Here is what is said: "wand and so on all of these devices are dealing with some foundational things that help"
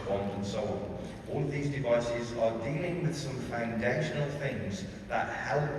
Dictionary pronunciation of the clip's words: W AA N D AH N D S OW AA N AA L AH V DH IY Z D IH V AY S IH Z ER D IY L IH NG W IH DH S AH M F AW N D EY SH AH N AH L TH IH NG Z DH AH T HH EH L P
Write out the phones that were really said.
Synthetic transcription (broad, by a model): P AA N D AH N S OW AA N AA L AH V DH IY Z D IH V AY S IH Z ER D IY L IH NG W IH DH S AH M F AW N D EY SH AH N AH L TH IH NG Z DH AH T HH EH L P